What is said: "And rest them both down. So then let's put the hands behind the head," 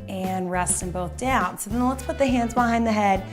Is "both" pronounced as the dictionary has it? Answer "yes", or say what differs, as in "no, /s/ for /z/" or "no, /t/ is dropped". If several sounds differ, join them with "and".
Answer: yes